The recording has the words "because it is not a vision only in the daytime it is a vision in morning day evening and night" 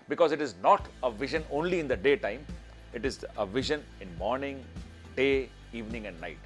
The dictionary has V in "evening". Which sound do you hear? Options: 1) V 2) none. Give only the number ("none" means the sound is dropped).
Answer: 1